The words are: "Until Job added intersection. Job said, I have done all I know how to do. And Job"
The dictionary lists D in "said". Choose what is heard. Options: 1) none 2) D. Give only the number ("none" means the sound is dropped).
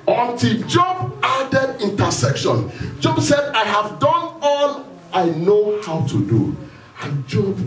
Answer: 2